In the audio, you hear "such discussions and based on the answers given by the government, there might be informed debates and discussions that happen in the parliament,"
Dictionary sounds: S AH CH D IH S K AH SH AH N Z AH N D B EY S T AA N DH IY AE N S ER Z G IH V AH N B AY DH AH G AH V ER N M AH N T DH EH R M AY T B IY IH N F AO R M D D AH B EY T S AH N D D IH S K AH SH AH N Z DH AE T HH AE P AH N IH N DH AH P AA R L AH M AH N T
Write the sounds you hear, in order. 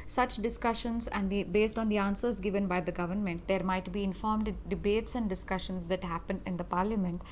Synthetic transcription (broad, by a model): S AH CH D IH S K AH SH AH N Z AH N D B EY S T AA N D IY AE N S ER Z G IH V AH N B AY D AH G AH V ER N M AH N T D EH R M AY T B IY IH N F AO R M D D AH B EY T S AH N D D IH S K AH SH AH N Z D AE T HH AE P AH N IH N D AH P AA R L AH M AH N T